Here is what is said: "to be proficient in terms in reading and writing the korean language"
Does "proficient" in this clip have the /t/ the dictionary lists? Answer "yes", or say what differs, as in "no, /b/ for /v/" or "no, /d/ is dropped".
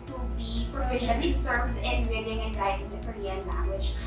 no, /t/ is dropped